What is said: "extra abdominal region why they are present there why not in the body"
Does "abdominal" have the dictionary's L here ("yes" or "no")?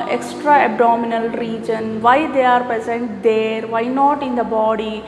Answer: yes